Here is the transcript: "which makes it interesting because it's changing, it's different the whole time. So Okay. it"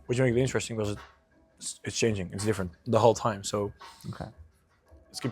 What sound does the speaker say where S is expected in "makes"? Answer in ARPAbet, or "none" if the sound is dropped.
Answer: none